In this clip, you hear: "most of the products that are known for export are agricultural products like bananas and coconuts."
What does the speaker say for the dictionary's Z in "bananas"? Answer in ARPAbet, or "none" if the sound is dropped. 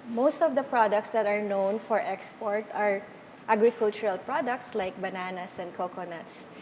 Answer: S